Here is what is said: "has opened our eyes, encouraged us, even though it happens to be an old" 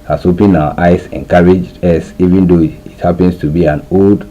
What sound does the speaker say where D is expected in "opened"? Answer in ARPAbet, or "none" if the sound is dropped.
none